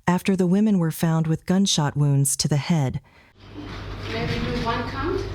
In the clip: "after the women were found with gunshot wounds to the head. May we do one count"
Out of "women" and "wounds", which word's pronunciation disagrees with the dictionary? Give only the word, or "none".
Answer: none